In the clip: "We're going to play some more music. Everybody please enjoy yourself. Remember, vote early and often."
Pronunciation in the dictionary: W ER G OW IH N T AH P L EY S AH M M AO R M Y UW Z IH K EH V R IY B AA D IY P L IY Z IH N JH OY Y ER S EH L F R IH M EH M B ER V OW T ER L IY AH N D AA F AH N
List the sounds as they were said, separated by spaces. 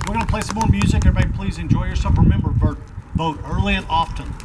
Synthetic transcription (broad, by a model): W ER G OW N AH P L EY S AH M M AO R M Y UW Z IH K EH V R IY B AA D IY P L IY Z IH N JH OY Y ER S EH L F R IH M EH M B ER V OW T ER L IY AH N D AA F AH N